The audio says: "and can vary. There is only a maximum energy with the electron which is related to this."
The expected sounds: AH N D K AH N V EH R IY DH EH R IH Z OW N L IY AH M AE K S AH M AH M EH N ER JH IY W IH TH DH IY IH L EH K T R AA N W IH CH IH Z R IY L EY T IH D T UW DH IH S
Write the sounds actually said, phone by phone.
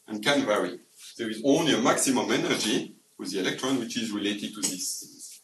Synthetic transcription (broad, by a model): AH N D K AH N V EH R IY DH EH R IH Z OW N L IY AH M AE K S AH M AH M EH N ER JH IY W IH DH IY IH L EH K T R AA N W IH CH IH Z R IY L EY T IH D T UW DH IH S